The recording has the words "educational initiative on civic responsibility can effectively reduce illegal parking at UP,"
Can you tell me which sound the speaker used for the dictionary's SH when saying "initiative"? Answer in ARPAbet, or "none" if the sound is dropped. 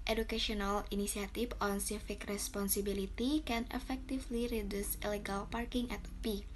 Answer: S